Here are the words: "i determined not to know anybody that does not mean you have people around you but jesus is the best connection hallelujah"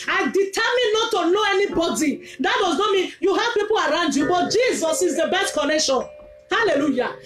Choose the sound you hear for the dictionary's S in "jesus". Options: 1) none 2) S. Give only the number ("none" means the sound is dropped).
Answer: 2